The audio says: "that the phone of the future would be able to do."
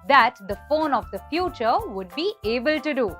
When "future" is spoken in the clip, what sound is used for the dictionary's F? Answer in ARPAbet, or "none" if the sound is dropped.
F